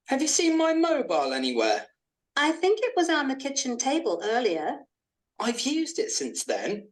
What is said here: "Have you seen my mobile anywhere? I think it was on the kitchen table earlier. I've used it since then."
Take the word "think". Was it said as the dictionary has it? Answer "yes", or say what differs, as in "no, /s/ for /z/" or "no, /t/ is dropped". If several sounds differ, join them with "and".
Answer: yes